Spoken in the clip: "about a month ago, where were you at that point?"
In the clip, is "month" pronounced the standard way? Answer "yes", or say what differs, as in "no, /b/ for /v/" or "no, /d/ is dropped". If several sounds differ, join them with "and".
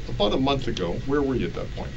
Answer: yes